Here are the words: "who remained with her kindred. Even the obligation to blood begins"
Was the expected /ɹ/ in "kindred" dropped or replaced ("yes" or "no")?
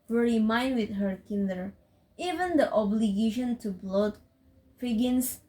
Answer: yes